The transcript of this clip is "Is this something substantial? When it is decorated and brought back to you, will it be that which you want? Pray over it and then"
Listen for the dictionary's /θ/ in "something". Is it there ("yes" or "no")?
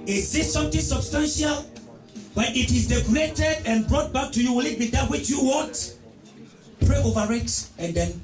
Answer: no